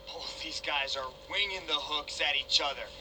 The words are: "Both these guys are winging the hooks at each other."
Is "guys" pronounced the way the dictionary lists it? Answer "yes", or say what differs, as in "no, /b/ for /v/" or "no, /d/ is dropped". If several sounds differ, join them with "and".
yes